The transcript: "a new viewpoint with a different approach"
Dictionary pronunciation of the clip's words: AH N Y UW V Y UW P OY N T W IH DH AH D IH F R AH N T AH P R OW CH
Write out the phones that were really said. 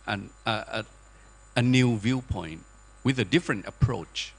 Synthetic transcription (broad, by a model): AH N Y UW V Y UW P OY N T W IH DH AH D IH F R AH N T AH P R OW CH